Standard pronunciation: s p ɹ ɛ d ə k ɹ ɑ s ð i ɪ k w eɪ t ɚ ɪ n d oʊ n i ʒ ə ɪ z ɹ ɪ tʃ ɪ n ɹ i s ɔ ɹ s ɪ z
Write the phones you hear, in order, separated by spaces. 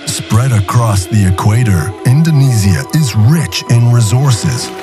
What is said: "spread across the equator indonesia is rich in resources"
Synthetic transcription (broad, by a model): s p ɹ ɛ d ə k ɹ ɑ s ð i ɪ k w eɪ t ɚ ɪ n d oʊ n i z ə ɪ z ɹ ɪ tʃ ɪ n ɹ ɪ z ɔ ɹ s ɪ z